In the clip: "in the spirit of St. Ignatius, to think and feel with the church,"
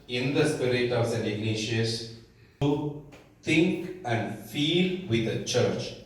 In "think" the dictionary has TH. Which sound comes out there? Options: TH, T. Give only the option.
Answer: T